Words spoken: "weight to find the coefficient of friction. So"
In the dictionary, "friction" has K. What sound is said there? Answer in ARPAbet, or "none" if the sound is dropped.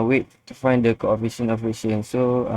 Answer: none